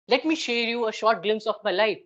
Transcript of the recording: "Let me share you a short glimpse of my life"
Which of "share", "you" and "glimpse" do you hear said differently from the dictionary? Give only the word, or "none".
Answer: none